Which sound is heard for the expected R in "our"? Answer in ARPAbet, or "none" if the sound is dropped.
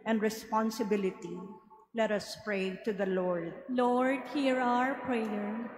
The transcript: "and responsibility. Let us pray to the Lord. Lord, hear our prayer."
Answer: R